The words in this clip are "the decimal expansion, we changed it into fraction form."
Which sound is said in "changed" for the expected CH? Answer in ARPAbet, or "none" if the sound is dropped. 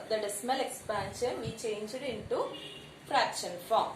CH